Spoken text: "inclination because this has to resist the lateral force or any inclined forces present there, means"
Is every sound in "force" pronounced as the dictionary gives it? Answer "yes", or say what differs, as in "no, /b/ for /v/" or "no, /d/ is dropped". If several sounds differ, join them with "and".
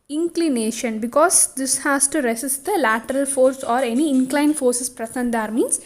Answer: yes